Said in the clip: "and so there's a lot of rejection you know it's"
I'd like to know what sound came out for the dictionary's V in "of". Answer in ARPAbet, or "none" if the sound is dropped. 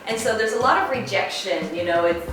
V